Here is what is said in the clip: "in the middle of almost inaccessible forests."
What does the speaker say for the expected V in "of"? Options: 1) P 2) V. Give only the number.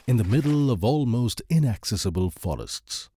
2